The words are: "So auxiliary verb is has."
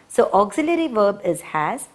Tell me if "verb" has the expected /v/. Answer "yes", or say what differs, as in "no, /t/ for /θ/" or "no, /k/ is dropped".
yes